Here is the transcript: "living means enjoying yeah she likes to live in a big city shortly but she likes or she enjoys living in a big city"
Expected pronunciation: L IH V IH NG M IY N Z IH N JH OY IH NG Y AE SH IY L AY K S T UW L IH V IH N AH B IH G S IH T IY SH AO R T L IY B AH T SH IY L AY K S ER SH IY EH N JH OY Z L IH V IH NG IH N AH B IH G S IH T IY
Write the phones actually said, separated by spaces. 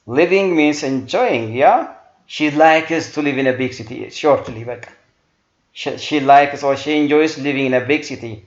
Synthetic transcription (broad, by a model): L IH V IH NG M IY N S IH N JH OY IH NG Y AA SH IY L AY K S T UW L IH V IH N AH B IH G S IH T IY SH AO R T L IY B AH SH SH IY L AY K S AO SH IY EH N JH OY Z L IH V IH NG IH N AH B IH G S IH T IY